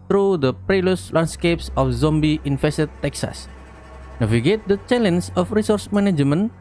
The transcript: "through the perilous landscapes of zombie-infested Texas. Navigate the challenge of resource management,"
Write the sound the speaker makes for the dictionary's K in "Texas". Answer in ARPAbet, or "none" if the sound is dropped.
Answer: K